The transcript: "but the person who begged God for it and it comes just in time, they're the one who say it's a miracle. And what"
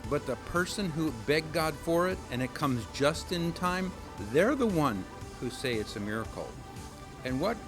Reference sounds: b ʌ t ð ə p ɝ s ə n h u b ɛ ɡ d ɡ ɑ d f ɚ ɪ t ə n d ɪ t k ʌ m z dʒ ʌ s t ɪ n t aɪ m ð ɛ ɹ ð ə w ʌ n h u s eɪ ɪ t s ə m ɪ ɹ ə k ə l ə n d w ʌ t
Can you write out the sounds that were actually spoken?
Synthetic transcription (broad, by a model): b ʌ t ð ə p ɝ s ə n h u b ɛ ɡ ɡ ɑ d f ɚ ɪ t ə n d ɪ t k ʌ m z dʒ ʌ s t ɪ n t aɪ m ð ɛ ɹ ð ə w ʌ n h u s eɪ ɪ t s ə m ɪ ɹ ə k l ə n w ʌ t